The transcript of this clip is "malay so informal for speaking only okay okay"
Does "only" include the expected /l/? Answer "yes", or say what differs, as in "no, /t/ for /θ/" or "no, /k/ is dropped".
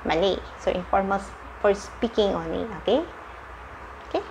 no, /l/ is dropped